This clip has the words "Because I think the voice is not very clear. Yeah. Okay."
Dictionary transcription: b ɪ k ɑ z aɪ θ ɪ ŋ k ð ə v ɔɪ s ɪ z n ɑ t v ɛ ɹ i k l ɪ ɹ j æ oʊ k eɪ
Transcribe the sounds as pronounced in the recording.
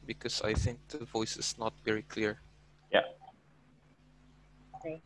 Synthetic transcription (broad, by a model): b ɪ k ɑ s aɪ θ ɪ ŋ k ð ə v ɔɪ s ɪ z n ɑ t v ɛ ɹ i k l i ɹ j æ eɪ